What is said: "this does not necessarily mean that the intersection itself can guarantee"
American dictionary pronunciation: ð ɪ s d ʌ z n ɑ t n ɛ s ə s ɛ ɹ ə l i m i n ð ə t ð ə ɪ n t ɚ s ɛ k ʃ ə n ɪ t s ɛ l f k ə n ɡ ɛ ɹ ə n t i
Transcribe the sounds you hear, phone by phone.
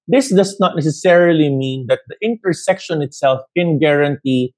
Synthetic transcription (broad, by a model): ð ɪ s d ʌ s n ɑ t n ɛ s ə s ɛ ɹ ə l i m i n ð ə t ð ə ɪ n t ɚ s ɛ k ʃ ə n ɪ t s ɛ l f k ə n ɡ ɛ ɹ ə n t i